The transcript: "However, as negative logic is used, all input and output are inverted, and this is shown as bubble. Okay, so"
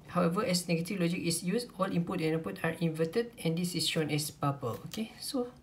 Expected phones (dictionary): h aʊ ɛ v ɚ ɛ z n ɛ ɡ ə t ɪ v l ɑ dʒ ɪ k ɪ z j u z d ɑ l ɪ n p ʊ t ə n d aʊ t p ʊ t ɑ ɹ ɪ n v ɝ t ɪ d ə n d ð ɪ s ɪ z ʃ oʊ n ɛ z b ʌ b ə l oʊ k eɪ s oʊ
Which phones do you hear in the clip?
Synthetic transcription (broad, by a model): h aʊ ɛ v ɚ ɛ s n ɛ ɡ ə t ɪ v l ɑ dʒ ɪ k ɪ s j u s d ɑ l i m p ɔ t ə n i p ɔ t ɑ ɹ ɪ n v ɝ t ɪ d ə n d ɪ s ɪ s ʃ oʊ n ɛ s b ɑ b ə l oʊ k eɪ s oʊ